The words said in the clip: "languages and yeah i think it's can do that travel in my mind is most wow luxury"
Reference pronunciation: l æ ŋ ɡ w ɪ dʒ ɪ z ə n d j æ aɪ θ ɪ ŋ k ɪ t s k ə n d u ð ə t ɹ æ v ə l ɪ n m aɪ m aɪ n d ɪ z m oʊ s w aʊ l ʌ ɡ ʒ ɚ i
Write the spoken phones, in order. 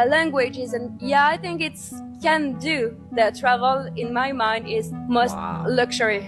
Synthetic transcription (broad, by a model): l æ ŋ ɡ w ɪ dʒ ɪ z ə n j æ aɪ θ ɪ ŋ k ɪ t s k ə n d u ð ə t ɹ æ v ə l ɪ n m aɪ m aɪ n d ɪ z m oʊ s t l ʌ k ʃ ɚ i